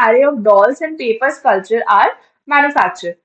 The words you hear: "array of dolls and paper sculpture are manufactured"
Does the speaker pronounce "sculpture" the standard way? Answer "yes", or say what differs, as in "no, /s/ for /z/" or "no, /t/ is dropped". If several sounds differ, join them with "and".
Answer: no, /p/ is dropped